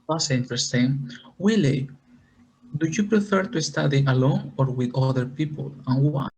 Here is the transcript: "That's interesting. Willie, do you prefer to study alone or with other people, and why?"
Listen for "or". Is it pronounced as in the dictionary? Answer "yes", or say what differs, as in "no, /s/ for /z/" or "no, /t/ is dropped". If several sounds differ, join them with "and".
yes